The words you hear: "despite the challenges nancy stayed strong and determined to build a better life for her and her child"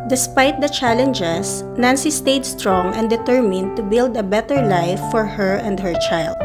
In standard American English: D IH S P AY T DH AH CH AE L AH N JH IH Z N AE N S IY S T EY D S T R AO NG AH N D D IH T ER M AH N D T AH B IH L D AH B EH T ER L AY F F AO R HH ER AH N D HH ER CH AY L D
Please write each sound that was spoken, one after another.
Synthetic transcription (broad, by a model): D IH S P AY T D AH CH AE L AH N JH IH S N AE N S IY S T EY D S T R AO NG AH N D D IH T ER M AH N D T AH B IH L D AH B EH T ER L AY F F AO R HH ER AH N D HH ER CH AY L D